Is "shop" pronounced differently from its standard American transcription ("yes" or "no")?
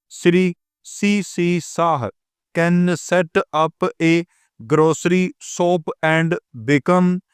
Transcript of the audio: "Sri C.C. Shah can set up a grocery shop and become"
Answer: yes